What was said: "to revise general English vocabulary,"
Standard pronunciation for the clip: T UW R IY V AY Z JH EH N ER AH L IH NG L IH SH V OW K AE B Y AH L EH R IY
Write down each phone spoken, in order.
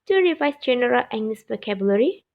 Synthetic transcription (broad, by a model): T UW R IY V AY S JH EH N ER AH L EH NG N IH S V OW K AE B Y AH L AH R IY